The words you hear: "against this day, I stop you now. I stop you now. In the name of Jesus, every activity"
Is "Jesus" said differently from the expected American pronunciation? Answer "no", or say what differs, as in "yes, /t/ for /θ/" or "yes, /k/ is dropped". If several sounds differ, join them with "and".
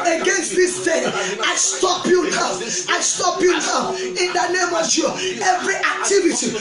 yes, /s/ is dropped